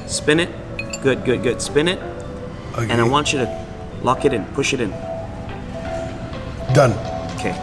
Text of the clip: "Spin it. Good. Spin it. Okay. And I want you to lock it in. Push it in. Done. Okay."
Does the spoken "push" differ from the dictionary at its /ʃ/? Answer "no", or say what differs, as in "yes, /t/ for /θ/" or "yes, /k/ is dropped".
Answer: no